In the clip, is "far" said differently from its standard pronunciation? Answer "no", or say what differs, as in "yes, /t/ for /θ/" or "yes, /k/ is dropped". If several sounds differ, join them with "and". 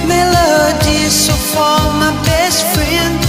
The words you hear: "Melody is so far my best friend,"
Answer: yes, /l/ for /ɹ/